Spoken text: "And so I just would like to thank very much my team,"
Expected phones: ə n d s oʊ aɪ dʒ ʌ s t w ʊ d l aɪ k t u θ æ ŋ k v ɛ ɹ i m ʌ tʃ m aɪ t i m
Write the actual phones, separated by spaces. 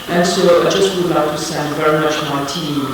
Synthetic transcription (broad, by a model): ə n s oʊ aɪ dʒ ʌ s t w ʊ d l aɪ k t u s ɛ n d v ɛ ɹ i m ʌ tʃ m aɪ t i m